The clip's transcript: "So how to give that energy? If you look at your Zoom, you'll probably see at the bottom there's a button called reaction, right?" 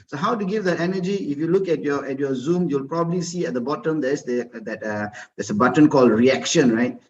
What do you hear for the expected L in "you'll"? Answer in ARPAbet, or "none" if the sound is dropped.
L